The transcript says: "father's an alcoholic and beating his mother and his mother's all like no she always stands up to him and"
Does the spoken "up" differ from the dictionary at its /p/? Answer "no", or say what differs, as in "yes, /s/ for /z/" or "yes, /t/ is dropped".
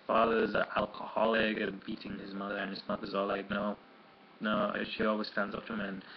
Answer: yes, /f/ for /p/